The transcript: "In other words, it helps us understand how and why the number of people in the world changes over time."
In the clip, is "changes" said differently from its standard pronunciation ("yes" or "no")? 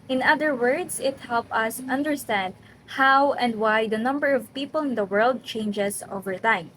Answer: yes